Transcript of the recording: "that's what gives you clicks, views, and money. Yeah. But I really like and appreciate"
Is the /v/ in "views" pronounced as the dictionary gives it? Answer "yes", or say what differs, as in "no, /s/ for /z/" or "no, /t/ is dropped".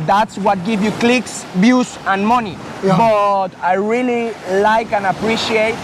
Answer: no, /b/ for /v/